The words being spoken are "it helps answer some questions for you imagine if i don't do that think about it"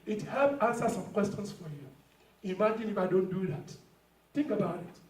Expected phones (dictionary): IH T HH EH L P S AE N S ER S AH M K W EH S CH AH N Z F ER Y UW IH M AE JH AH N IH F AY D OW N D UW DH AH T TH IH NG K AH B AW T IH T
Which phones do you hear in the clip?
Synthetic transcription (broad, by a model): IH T HH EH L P AE N S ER S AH M K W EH S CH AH N S F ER Y UW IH M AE JH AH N IH F AY D OW N D UW DH AH T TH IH NG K AH B AW T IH T